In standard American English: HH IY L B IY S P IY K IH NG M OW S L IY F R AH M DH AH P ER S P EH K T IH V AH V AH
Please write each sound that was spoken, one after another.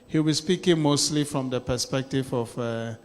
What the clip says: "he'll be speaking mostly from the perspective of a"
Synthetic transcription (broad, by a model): HH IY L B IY S P IY K IH NG M OW S L IY F R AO M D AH P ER S P EH K T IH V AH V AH